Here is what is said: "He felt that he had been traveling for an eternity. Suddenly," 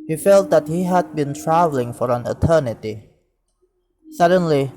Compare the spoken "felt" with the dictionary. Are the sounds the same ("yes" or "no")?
yes